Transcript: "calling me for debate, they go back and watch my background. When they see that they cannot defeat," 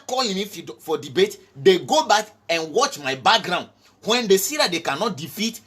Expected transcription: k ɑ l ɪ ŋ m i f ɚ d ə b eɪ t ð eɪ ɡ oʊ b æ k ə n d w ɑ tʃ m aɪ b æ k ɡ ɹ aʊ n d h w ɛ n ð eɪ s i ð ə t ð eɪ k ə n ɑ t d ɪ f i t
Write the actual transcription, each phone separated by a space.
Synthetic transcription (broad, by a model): k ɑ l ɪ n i f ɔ d ə b eɪ t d eɪ ɡ oʊ b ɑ k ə n w ɑ tʃ m aɪ b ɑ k ɡ ɹ aʊ n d h w ɛ n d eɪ s i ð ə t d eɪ k ə n ɑ t d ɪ f i t